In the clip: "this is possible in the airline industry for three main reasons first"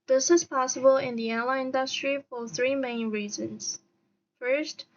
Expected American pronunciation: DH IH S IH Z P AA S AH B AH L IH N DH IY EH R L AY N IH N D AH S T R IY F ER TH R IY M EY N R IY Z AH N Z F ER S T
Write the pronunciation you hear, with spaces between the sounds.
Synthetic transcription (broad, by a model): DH IH S IH Z P AA S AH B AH L IH N DH IY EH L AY IH N D AH S T R IY F ER TH R IY M EY N R IY Z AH N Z F ER S T